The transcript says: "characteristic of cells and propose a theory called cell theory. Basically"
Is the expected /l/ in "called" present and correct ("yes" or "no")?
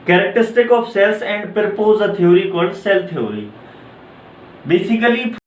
no